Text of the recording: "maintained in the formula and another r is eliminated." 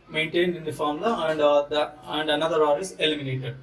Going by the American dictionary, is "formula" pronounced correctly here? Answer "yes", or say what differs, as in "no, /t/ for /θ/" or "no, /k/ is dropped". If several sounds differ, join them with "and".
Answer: no, /l/ is dropped